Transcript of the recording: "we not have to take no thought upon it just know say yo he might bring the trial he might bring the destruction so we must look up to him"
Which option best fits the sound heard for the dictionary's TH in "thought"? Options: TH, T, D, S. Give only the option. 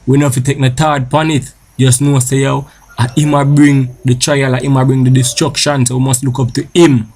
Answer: T